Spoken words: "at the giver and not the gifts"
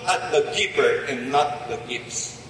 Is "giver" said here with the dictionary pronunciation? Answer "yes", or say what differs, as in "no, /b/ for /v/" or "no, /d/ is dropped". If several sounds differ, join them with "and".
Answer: no, /p/ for /v/